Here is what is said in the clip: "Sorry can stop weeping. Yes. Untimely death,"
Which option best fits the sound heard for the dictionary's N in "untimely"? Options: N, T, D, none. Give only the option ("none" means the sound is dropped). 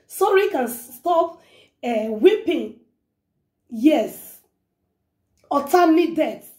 none